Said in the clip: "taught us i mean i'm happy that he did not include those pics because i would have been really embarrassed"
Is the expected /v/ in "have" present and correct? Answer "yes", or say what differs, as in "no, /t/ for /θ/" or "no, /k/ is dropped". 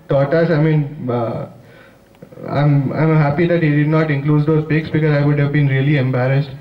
yes